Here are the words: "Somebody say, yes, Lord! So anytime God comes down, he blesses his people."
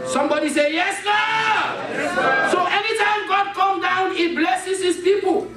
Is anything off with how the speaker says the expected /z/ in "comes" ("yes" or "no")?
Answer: yes